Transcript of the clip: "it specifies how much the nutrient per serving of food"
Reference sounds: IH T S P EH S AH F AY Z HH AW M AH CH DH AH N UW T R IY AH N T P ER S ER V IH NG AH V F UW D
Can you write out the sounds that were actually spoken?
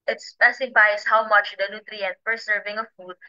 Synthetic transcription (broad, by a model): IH T S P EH S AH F AY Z HH AW M AH CH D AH N UW T R IY AH N T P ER S ER V IH NG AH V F UW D